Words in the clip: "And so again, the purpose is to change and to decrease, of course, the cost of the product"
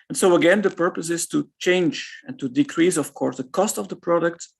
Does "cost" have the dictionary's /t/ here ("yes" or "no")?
yes